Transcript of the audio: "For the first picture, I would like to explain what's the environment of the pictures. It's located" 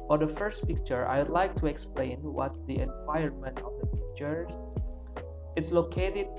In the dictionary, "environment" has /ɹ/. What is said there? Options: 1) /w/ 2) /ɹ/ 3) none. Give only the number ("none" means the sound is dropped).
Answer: 3